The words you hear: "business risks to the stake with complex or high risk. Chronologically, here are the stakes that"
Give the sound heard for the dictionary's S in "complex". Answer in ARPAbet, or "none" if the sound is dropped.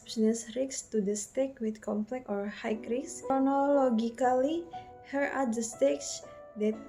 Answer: none